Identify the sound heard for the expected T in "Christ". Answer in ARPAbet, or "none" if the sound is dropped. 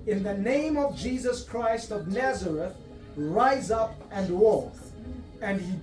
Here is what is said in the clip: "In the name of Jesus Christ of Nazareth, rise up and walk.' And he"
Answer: T